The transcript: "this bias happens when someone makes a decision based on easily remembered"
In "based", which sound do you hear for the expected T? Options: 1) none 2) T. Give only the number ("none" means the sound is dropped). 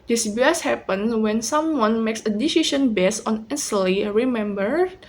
1